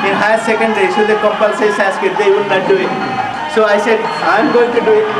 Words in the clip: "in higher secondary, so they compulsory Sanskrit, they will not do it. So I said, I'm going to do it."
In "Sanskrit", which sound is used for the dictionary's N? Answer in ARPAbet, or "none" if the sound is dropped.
none